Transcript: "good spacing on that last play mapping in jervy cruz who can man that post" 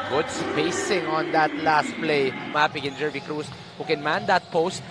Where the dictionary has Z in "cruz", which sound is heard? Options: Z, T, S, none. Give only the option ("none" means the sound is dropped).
S